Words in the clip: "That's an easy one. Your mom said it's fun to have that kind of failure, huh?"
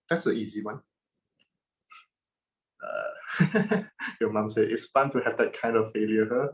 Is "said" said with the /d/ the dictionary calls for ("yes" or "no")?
no